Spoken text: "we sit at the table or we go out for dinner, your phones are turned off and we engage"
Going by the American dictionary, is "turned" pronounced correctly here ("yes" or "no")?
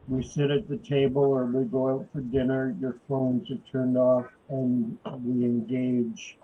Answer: yes